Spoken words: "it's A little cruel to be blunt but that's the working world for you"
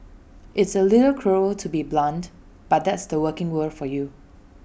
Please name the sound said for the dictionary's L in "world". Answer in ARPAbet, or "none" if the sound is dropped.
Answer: none